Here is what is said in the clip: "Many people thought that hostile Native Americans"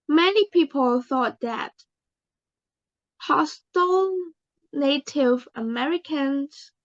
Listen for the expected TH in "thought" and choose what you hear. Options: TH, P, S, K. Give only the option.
TH